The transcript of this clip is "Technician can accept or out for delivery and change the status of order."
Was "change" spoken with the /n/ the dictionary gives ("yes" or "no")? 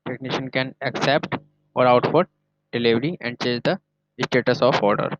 no